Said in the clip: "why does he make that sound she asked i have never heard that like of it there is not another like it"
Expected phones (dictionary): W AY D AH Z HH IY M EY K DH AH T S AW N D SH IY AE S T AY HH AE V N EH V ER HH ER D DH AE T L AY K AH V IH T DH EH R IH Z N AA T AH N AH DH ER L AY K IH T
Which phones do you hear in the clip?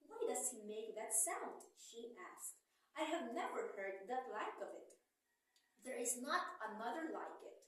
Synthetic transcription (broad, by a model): W AY D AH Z HH IY M EY K DH AH T S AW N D SH IY AE S T AY HH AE V N EH V ER HH ER D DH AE T L AY K AH V IH T DH EH R IH Z N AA T AH N AH DH ER L AY K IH T